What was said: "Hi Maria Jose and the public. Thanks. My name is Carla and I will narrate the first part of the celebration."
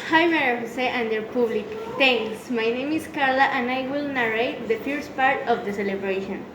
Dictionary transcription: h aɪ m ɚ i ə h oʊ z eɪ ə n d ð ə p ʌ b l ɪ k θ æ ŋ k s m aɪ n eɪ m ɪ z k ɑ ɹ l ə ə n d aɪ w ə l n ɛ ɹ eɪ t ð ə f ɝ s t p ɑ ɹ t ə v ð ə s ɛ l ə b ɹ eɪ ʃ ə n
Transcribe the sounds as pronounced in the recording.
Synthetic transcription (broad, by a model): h aɪ m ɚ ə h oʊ s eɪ ə n d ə p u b l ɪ k t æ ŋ k s m aɪ n eɪ m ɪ s k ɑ ɹ l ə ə n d aɪ w ə l n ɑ ɹ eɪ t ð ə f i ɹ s p ɑ ɹ t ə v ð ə s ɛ l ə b ɹ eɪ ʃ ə n